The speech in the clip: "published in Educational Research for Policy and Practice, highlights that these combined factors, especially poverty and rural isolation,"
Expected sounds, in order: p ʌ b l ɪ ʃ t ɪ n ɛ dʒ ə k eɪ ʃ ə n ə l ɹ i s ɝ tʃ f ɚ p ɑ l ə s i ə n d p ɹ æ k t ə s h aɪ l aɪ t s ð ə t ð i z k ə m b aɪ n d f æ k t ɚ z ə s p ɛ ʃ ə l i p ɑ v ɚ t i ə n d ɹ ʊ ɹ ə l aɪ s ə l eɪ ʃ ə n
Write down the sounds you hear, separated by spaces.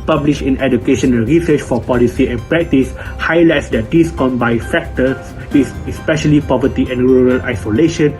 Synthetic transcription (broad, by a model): p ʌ b l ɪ ʃ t ɪ n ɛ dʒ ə k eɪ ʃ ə n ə l ɹ i s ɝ tʃ f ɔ p ɑ l ə s i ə n p ɹ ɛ k t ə s h aɪ l aɪ t s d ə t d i s k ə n b aɪ f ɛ k t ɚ s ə s p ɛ ʃ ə l i p ɑ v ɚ t i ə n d ɹ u ɹ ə l aɪ s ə l eɪ ʃ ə n